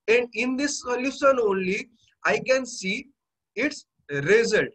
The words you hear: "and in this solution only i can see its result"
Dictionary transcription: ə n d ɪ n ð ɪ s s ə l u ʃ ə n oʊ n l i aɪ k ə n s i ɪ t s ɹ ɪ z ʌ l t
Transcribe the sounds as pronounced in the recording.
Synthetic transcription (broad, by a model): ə n d ɪ n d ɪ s s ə l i s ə n oʊ n l i aɪ k ə n s i ɪ t s ɹ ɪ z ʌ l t